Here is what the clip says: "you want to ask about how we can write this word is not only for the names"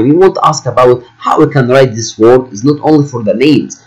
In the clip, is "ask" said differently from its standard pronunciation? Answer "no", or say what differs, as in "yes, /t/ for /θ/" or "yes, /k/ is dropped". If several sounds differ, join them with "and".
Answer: no